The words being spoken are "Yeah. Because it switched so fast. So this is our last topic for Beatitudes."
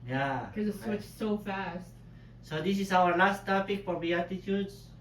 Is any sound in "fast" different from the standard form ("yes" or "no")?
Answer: no